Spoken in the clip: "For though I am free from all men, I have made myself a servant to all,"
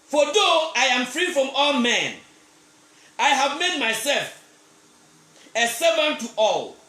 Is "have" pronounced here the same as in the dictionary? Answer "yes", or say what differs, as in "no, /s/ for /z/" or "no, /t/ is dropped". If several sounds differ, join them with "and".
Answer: yes